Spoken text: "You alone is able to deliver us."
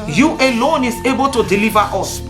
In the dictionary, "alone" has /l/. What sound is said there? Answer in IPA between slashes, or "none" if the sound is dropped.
/l/